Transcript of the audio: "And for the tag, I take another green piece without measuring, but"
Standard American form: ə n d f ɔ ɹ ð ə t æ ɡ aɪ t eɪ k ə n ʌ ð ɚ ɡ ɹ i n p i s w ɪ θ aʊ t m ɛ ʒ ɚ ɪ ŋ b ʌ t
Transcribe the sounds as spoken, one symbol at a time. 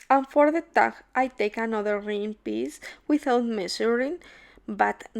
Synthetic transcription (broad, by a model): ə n f ɔ ɹ ð ə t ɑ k aɪ t eɪ k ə n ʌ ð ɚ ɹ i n p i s w ɪ θ aʊ t m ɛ s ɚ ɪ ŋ b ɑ t